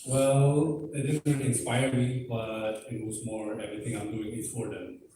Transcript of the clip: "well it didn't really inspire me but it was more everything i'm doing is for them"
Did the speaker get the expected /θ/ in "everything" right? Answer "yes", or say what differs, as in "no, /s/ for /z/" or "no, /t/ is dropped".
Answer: no, /t/ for /θ/